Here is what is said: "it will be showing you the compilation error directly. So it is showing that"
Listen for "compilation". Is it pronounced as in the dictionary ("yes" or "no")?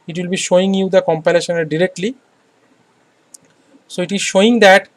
yes